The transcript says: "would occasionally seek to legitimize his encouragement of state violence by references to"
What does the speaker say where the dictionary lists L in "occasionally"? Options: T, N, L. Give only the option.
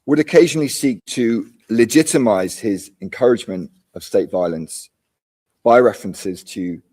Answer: L